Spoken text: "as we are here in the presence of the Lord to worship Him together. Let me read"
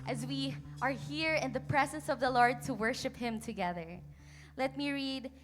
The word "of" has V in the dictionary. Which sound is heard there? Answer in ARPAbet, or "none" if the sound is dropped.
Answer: V